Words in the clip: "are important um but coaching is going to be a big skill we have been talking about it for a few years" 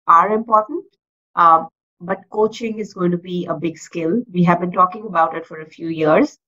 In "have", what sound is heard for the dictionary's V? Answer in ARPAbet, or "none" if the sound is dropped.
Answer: V